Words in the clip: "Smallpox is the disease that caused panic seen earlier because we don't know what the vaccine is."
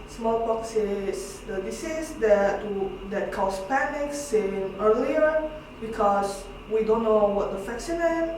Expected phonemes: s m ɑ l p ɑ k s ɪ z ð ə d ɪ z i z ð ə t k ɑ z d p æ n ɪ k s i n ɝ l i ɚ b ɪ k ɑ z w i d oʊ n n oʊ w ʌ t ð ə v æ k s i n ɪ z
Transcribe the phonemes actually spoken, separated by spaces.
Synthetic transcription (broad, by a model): s m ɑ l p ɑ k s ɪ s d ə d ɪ s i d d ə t k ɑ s p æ n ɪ k s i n ɝ l i ɚ b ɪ k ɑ s w i d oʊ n n oʊ w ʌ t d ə f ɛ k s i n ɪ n